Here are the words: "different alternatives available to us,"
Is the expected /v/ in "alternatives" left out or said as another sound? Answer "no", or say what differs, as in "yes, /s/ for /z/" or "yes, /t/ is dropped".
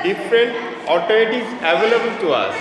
yes, /v/ is dropped